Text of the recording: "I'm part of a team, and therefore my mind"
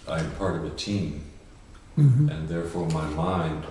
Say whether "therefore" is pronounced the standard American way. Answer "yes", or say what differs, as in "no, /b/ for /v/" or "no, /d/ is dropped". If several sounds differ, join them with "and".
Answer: yes